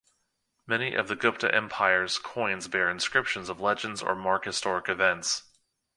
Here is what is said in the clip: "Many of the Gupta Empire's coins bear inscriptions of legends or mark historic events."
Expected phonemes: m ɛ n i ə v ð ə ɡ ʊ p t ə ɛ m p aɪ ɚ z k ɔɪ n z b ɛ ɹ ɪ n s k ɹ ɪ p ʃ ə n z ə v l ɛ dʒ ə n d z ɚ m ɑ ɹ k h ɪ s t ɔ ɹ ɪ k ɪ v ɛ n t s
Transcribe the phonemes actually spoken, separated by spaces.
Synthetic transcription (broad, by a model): m ɛ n i ə v ð ə ɡ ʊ p t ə ɛ m p aɪ ɚ z k ɔɪ n z b ɛ ɹ ɪ n s k ɹ ɪ p ʃ ə n z ə v l ɛ dʒ ə n d z ɚ m ɑ ɹ k h ɪ s t ɔ ɹ ɪ k ɪ v ɛ n t s